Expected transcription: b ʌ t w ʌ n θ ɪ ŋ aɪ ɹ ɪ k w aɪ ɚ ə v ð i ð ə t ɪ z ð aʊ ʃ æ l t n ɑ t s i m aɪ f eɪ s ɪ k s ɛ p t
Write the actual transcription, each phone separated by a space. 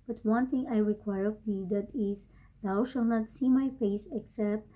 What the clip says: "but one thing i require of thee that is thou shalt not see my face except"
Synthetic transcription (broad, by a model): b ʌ t w ʌ n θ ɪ ŋ aɪ ɹ ɪ k w aɪ ɚ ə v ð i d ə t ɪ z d aʊ ʃ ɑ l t n ɑ t s i m aɪ p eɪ s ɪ k s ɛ p t